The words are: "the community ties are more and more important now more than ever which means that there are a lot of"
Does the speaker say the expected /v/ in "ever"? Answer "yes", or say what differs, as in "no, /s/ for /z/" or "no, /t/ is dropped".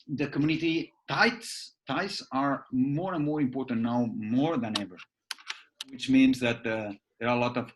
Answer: yes